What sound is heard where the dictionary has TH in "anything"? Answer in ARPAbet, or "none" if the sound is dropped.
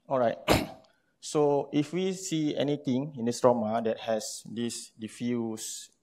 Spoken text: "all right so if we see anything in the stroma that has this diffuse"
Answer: T